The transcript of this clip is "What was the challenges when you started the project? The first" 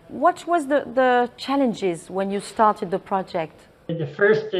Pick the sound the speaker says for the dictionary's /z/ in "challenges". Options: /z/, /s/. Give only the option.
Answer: /z/